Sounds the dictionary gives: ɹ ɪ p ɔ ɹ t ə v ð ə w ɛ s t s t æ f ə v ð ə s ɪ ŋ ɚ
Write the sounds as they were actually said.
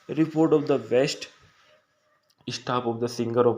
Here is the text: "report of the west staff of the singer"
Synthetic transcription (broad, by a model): ɹ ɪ p ɔ ɹ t ə v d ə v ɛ s t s t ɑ p ə v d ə s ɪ ŋ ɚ